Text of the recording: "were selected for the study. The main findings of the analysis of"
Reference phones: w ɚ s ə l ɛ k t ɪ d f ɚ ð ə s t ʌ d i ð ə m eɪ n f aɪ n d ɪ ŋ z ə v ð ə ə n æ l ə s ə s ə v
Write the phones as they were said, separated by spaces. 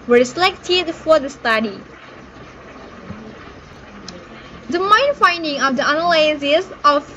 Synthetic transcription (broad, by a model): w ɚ s ə l ɛ k t ɪ d f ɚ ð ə s t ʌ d i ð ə m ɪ n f aɪ n d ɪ ŋ ə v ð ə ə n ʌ l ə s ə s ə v